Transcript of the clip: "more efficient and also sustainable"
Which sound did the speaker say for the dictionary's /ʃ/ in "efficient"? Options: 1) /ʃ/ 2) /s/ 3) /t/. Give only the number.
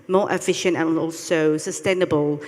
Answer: 1